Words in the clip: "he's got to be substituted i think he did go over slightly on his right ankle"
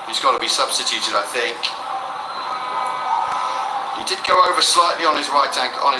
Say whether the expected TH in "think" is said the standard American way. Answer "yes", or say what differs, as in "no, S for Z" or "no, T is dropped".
yes